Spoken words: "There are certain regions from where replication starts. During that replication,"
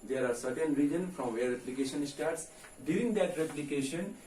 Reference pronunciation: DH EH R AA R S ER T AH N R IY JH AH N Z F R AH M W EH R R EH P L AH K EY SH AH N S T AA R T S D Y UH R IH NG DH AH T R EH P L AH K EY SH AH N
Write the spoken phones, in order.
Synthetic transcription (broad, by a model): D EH R AA R S ER T AH N R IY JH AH N F R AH M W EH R R EH P L AH K EY SH AH N S T AA R T S D Y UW R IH NG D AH T R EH P L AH K EY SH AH N